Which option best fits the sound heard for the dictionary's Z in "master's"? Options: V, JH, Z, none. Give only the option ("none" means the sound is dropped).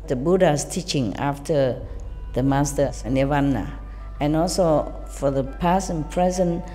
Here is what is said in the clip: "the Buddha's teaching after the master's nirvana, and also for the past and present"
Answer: none